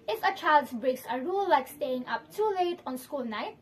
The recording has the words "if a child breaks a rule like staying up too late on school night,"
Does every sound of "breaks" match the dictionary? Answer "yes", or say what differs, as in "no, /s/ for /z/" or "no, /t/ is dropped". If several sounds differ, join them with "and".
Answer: yes